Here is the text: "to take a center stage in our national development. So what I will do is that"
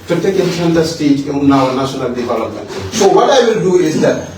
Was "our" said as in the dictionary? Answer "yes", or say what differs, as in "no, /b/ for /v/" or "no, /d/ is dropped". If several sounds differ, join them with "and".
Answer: no, /w/ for /ɹ/